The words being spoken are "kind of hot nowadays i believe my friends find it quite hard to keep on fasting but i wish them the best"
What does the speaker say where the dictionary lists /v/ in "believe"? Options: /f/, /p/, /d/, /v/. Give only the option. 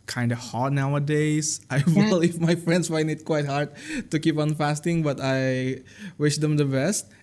/f/